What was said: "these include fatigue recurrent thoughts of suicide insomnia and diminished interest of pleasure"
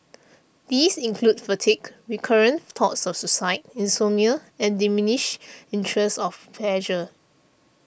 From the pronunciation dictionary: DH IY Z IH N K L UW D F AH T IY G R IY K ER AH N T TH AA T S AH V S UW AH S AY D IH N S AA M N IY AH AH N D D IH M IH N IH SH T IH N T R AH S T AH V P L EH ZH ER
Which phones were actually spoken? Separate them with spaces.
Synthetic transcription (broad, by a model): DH IY S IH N K L UW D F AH T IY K R IY K ER AH N T AA T S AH F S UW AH S AY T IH N S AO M IY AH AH N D D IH M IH N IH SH IH N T R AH S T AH F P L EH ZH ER